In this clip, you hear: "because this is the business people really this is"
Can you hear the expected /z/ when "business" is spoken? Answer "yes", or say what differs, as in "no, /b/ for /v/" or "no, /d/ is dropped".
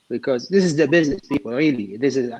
yes